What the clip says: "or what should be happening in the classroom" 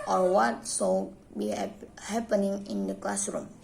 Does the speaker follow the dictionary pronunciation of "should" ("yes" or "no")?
no